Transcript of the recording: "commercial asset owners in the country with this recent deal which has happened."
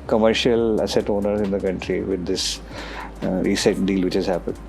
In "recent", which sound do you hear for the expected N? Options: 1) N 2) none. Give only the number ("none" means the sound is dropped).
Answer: 2